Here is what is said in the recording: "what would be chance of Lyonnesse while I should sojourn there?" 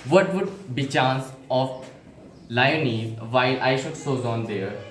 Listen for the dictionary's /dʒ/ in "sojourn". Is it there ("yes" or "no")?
no